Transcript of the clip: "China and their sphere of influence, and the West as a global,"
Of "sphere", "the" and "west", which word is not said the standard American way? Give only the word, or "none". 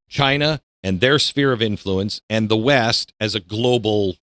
none